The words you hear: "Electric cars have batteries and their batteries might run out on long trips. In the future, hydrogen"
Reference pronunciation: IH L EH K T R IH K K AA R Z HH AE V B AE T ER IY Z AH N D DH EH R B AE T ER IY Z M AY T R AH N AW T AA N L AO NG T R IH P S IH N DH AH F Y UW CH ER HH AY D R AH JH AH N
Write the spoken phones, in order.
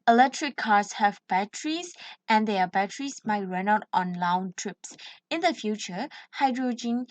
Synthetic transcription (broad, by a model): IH L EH K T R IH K K AA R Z HH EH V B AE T ER IY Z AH N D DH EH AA B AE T ER IY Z M AY T R AH N AW T AA N L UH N T R IH P S IH N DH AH F Y UW CH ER HH AY D R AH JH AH N